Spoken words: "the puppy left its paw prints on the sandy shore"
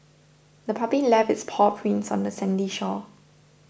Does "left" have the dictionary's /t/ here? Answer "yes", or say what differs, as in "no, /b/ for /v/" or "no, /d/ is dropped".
no, /t/ is dropped